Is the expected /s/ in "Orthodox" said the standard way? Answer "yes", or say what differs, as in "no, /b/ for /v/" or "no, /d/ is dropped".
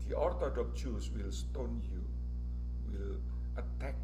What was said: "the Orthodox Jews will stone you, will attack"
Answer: no, /s/ is dropped